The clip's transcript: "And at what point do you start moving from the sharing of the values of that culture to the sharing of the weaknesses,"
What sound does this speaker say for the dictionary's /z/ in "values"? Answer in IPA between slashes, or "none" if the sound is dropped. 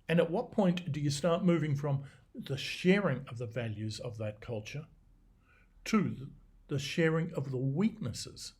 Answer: /z/